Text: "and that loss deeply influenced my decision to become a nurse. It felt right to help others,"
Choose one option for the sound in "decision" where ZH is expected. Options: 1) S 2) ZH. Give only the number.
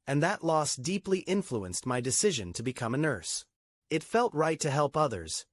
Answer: 2